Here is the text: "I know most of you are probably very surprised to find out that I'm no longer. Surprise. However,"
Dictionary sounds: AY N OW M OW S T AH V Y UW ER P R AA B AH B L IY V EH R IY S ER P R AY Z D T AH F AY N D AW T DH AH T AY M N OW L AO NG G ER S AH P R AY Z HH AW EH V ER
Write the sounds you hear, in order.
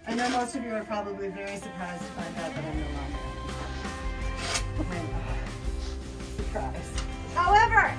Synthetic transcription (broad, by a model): AY N OW M OW S T AH V Y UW ER P R AA B AH B L IY V EH R IY S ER P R AY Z T AH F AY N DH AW T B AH T AY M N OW N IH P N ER S AH P R AY Z HH AW EH V ER